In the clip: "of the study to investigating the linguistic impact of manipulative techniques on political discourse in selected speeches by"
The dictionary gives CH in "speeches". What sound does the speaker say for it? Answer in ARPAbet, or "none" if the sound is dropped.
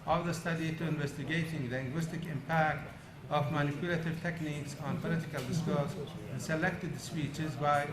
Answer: CH